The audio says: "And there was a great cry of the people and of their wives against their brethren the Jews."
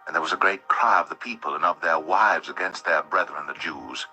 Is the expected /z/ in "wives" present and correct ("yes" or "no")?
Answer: yes